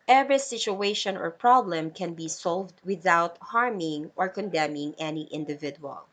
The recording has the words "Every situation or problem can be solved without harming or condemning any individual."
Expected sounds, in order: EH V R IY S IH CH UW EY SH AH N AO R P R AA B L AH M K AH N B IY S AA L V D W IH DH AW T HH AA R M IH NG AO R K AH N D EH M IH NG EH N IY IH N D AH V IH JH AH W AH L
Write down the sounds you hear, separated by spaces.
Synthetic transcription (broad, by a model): EH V R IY S IH CH UW EY SH AH N AO R P R AA B L AH M K AH N B IY S AA L V D W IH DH AW T HH AA R M IH NG AO R K AH N D EH M IH NG EH N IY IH N D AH V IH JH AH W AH L